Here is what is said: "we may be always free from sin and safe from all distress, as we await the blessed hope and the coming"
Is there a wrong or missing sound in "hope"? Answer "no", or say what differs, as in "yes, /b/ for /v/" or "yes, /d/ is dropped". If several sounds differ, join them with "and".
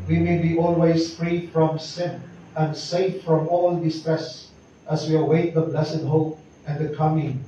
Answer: no